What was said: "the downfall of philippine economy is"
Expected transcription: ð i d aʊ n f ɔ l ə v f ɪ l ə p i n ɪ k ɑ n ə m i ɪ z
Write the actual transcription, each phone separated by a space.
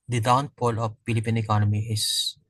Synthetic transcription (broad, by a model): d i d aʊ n p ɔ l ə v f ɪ l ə p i n ɪ k ɑ n ə m i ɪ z